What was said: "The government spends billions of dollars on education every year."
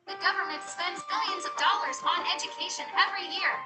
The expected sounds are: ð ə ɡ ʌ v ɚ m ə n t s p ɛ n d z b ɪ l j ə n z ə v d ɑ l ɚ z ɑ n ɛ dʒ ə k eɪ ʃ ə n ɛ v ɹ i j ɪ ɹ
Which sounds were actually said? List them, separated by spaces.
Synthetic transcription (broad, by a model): ð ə ɡ ʌ v ɚ m ə n t s p ɛ n d z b ɪ l j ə n z ə v d ɑ l ɚ z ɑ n ɛ dʒ ə k eɪ ʃ ə n ɛ v ɹ i j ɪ ɹ